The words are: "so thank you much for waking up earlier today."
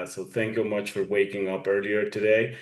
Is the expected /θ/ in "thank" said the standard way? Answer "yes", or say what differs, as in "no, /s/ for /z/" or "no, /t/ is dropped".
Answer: yes